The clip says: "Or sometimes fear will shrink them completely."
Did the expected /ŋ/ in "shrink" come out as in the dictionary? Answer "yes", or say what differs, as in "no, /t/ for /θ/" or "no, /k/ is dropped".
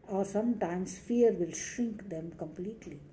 yes